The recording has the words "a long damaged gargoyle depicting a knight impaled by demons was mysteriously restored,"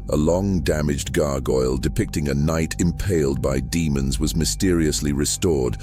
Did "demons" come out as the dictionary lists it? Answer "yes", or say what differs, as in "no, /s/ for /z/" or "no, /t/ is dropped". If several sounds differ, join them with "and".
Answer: yes